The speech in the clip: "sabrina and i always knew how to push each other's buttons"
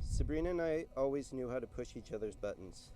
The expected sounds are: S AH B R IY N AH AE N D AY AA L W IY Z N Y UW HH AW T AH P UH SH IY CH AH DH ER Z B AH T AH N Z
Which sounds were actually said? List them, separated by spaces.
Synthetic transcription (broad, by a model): S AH B R IY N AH N AY AA L W IY Z N Y UW HH AW T AH P UH SH IY CH AH DH ER Z B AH T N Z